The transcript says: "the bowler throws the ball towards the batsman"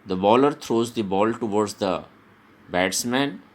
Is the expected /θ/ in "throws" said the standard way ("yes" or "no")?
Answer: no